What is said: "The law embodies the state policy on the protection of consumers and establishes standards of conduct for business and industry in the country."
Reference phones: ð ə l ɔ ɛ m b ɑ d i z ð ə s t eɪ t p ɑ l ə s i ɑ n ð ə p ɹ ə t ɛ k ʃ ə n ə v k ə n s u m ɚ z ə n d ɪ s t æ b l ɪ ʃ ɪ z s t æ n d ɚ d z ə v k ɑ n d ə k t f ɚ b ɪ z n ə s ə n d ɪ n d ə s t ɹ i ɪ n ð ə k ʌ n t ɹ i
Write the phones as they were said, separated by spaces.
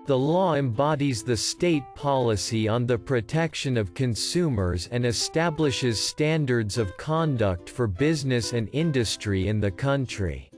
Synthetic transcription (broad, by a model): ð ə l ɔ ɛ m b ɑ d i z ð ə s t eɪ t p ɑ l ə s i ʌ n ð ə p ɹ ə t ɛ k ʃ ə n ə v k ə n s u m ɚ z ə n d ɪ s t æ b l ɪ ʃ ɪ z s t æ n d ɚ d z ə v k ɑ n d ə k t f ɚ b ɪ z n ə s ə n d ɪ n d ə s t ɹ i ɪ n ð ə k ʌ n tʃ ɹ i